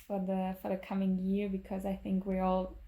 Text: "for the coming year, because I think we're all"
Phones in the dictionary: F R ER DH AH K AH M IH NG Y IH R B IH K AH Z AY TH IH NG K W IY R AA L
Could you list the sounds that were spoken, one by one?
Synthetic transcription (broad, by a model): F R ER DH AH K AH M IH NG Y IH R B IH K AH Z AY TH IH NG K W IY R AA L